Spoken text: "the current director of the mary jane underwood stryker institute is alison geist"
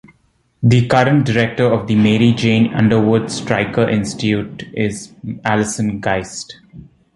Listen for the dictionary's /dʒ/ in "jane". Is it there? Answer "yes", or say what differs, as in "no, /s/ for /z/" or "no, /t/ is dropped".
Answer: yes